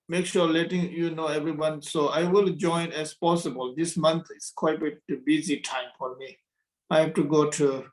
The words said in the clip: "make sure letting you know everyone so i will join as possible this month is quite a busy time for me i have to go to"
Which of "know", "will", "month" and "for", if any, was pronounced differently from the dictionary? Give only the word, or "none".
month